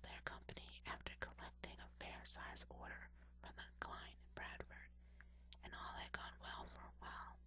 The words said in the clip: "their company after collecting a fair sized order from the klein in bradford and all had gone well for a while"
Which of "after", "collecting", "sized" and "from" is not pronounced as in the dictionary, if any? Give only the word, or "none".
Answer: sized